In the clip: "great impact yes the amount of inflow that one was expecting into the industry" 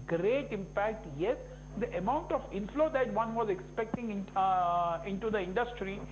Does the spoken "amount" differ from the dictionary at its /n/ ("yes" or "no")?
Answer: no